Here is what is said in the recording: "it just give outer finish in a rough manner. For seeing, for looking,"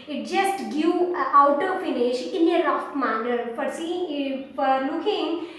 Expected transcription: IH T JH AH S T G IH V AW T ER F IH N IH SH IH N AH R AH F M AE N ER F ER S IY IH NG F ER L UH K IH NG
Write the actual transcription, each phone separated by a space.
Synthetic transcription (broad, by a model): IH T JH AH S T G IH AW T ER F IH N IH SH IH N AH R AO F M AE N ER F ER S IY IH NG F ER L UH K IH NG